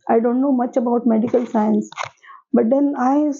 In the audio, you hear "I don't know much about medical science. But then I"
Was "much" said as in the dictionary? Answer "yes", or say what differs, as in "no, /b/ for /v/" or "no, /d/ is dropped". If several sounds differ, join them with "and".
yes